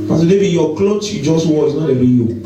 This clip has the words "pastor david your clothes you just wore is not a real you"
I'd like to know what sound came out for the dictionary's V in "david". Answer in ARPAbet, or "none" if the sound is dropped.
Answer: B